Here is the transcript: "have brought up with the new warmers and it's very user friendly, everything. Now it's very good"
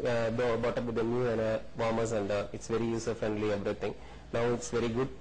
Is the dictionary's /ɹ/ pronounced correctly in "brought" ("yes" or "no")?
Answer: no